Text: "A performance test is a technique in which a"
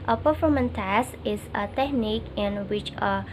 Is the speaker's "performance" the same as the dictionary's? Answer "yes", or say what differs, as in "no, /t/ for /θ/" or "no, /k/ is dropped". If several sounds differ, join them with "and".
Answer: no, /s/ is dropped